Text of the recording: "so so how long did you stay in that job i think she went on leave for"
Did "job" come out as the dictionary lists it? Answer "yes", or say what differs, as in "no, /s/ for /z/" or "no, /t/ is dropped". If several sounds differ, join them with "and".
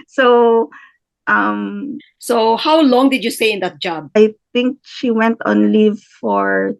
yes